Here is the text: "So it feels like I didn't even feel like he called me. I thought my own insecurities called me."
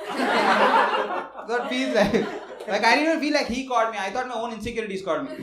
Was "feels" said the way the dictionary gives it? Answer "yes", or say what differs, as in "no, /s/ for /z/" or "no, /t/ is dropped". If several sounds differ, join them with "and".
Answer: no, /l/ is dropped